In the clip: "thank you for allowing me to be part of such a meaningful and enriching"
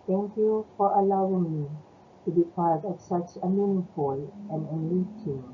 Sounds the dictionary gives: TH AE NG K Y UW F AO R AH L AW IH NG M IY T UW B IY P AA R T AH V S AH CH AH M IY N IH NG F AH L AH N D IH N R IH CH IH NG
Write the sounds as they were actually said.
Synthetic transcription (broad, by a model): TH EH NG K Y UW F AO R AH L AW IH NG M IY T UW B IY P AA R T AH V S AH CH AH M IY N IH F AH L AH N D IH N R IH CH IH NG